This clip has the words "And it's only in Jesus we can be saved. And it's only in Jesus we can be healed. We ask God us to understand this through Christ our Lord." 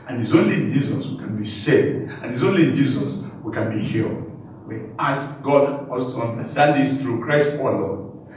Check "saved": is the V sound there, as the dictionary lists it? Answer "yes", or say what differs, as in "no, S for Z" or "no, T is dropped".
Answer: no, V is dropped